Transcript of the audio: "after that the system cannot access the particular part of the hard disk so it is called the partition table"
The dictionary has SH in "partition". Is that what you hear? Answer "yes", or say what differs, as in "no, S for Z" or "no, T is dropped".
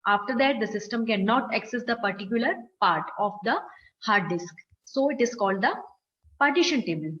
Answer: yes